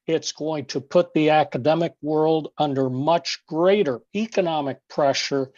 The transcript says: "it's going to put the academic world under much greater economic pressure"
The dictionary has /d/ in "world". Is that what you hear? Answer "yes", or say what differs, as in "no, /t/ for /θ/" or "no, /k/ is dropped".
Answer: yes